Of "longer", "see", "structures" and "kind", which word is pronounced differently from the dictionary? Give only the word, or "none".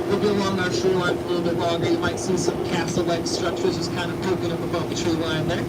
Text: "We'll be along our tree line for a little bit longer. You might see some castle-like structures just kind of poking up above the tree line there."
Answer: longer